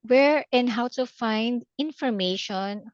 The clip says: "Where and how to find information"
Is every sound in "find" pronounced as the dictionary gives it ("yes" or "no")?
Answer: yes